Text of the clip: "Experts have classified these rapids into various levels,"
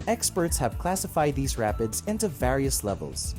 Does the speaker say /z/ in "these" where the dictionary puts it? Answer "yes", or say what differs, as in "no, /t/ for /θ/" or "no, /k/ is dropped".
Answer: yes